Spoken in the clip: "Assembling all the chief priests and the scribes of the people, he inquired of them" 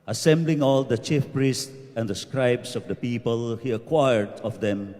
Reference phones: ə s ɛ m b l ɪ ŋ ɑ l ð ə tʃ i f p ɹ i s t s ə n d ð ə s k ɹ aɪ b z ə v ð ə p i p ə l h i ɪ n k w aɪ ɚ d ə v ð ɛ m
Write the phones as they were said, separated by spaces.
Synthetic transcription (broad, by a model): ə s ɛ m b l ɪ ŋ ɑ l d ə tʃ i f p ɹ i s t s ə n d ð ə s k ɹ aɪ b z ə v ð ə p i p ə l h i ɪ k w aɪ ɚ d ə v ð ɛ m